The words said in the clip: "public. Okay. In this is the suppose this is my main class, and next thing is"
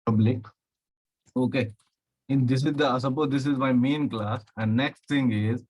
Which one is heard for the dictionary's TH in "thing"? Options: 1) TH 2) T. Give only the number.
2